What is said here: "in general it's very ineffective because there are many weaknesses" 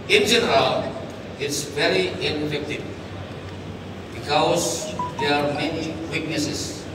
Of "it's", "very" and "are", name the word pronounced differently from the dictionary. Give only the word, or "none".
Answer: none